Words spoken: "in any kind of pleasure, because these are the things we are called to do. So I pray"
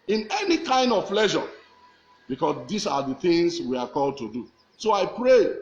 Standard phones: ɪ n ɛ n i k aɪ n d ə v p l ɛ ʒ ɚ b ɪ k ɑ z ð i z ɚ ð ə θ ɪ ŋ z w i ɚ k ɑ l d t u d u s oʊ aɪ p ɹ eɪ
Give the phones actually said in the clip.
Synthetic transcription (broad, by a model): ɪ n ɛ n i k aɪ n d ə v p l ɛ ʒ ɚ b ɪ k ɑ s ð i s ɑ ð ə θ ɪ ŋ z w i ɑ k ɑ l d t u d u s oʊ aɪ p ɹ eɪ